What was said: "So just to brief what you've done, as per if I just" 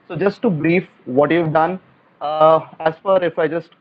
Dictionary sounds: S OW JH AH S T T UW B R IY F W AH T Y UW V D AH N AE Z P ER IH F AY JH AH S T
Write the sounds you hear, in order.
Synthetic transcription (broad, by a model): S OW JH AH S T T UW B R IY F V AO T Y UW V D AH N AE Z F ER IH F AY JH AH S T